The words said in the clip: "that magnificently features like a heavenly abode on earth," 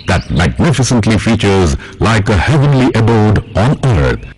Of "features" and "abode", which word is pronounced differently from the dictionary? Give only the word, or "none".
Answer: none